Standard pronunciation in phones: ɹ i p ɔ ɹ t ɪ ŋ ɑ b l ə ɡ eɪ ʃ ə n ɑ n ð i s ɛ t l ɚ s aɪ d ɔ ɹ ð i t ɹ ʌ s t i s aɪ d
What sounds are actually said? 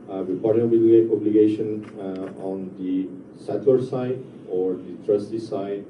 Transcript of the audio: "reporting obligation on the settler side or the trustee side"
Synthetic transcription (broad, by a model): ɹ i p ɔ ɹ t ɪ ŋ ɑ b l ə ɡ eɪ ʃ ə n ɑ n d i s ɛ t w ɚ s aɪ d ɔ ɹ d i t ɹ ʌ s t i s aɪ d